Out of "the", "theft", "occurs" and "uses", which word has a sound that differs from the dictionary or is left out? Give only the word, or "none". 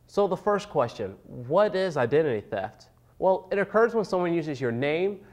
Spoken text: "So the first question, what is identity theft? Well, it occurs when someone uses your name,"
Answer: none